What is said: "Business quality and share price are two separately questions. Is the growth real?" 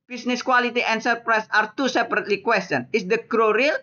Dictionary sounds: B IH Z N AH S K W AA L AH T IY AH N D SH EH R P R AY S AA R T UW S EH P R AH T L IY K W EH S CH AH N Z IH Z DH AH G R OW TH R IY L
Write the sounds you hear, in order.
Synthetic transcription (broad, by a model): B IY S N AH S K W AA L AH T IY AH N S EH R P R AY S AA R T UW S EH P R AH T L IY K W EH S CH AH N IH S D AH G R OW R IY L